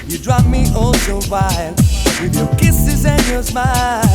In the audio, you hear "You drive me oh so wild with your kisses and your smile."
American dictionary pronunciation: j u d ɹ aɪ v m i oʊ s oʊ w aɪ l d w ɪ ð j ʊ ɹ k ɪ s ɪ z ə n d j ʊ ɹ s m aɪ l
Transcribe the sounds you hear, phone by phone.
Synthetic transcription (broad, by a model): j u d ɹ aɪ p m i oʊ s oʊ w aɪ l w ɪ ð j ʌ ɹ k ɪ s ɪ z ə n j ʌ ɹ s m aɪ